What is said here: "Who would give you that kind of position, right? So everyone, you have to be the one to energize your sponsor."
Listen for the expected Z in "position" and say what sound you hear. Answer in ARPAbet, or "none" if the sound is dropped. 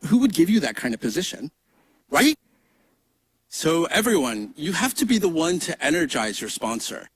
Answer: Z